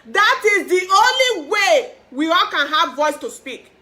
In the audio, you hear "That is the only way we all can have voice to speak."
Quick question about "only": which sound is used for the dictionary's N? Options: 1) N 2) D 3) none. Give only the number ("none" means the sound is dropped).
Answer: 1